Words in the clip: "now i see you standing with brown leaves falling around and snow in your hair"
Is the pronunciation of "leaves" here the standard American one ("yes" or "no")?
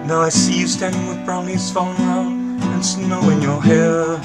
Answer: no